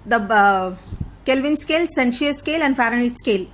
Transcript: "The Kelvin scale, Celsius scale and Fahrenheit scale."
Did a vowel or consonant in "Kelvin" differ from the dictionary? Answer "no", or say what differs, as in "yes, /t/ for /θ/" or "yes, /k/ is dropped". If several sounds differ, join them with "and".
no